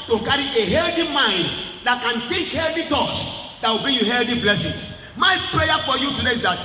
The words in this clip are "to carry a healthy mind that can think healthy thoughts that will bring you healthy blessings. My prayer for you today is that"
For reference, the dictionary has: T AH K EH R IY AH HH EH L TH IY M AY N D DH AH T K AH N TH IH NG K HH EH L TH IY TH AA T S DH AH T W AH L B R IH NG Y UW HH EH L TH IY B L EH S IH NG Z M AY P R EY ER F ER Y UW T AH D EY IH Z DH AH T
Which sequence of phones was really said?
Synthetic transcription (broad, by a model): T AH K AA R IY AH HH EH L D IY M AY N D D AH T K AH N T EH K HH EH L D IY T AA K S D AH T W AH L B IY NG Y UW HH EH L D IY B L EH S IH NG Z M AY P R EY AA F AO Y UW T AH D EY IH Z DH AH T